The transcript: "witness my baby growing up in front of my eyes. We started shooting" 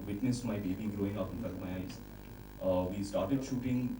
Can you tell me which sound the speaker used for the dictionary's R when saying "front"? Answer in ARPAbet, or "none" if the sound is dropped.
none